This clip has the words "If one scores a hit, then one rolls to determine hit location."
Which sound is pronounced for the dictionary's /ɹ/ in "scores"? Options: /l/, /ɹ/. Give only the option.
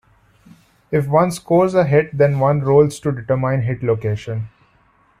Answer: /ɹ/